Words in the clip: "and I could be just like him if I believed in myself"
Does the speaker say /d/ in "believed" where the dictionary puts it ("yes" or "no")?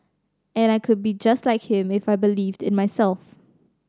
yes